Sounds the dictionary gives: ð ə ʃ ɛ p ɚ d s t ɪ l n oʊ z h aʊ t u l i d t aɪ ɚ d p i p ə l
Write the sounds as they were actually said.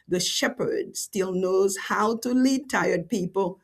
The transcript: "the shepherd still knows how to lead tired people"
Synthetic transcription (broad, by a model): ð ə ʃ ɛ p ɚ d s t ɪ l n oʊ z h aʊ t u l i d t aɪ ɚ d p i p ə l